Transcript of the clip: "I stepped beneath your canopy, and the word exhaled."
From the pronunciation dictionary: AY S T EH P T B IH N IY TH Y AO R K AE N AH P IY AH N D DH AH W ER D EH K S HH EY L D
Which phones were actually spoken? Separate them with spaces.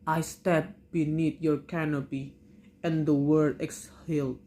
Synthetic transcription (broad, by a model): AY S T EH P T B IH N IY T Y AO R K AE N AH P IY AH N D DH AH W ER D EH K S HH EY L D